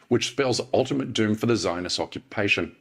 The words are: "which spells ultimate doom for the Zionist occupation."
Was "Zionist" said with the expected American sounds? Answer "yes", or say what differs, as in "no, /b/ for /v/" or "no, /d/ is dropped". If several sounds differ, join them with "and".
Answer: no, /t/ is dropped